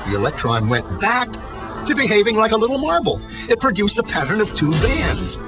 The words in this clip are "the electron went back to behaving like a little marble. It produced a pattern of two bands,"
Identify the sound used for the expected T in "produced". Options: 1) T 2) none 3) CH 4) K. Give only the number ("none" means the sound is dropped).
1